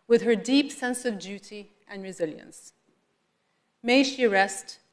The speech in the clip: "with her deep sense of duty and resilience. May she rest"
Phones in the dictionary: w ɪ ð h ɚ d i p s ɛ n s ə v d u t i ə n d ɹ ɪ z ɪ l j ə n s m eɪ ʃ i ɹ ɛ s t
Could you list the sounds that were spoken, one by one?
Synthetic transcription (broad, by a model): w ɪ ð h ɚ d i p s ɛ n s ə v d u t i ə n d ɹ ɪ z ɪ l j ə n s m eɪ ʃ i ɹ ɛ s t